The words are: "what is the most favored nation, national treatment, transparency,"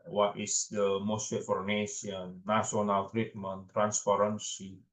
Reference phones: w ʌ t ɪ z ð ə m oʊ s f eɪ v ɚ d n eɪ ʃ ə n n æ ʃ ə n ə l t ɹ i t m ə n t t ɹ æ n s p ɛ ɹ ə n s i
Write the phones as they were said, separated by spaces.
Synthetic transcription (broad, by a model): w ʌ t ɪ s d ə m oʊ s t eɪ f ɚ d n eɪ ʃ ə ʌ n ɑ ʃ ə n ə l t ɹ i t m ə n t t ɹ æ n s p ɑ ɹ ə n s i